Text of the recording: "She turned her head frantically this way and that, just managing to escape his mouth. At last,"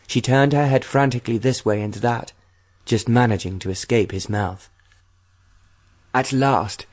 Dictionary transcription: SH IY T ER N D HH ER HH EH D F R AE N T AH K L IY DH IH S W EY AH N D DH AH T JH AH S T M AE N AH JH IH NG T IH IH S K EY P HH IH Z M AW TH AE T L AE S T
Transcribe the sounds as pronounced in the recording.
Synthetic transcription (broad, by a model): SH IY T ER N D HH ER HH EH D F R AE N T AH K L IY DH IH S W EY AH N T DH AH T JH AH S T M AE N AH JH IH NG T IH IH S K EY P HH IH Z M AW TH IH T L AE S T